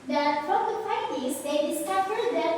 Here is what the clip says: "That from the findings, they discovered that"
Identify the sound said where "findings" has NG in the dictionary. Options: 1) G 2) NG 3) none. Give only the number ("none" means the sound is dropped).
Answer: 3